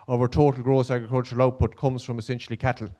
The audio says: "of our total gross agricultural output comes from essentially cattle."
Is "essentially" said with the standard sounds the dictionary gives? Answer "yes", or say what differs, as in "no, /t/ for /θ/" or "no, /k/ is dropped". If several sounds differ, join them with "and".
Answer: yes